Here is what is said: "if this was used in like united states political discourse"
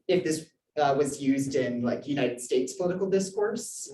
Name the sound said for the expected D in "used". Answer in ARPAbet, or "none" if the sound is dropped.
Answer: D